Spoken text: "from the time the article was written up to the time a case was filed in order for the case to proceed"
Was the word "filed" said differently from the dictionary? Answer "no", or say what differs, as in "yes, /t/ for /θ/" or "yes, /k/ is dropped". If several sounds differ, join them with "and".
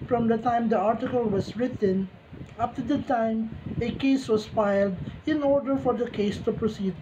no